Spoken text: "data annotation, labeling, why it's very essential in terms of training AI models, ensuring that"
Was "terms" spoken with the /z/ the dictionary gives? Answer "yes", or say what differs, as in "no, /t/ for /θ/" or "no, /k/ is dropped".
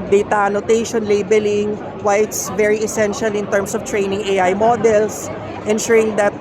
no, /s/ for /z/